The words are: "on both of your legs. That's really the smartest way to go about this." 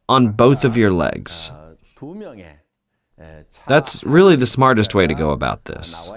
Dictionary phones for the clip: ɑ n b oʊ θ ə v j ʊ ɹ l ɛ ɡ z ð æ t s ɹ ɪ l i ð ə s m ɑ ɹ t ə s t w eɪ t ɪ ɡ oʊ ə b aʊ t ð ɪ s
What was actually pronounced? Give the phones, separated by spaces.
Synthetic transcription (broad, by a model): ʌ n b oʊ θ ə v j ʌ ɹ l ɛ ɡ z ð æ t s ɹ ɪ l i ð ə s m ɑ ɹ t ə s t w eɪ t ɪ ɡ oʊ ə b aʊ t ð ɪ s